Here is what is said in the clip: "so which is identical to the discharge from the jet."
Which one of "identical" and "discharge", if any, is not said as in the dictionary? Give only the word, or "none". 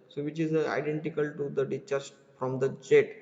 discharge